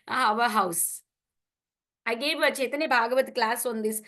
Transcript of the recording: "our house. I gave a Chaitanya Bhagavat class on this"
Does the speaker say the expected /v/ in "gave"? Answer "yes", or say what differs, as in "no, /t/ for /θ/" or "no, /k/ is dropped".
yes